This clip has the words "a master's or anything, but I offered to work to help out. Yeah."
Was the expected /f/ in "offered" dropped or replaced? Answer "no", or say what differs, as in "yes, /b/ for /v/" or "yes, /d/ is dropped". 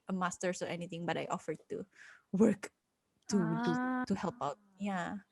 no